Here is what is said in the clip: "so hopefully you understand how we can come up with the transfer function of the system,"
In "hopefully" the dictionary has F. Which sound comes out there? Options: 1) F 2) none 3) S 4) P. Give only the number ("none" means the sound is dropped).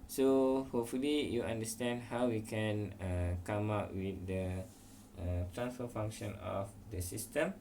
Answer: 1